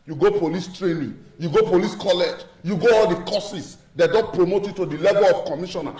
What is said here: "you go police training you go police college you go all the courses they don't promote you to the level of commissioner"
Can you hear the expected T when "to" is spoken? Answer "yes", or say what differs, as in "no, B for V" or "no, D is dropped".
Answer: yes